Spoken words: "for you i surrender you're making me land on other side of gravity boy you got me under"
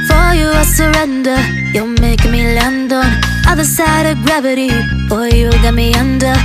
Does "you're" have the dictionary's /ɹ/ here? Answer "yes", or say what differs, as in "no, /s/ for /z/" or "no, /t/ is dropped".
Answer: no, /l/ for /ɹ/